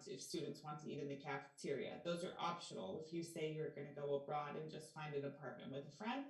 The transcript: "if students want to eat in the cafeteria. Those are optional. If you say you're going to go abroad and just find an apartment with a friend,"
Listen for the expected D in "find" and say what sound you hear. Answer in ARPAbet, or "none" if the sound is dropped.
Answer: D